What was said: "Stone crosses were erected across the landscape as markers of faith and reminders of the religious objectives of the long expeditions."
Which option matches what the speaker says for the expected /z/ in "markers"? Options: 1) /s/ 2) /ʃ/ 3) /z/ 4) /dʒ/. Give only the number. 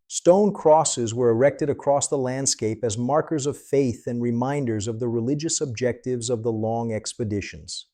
3